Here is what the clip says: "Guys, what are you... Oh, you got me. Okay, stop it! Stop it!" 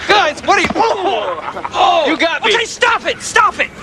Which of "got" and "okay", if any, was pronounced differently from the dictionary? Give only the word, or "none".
okay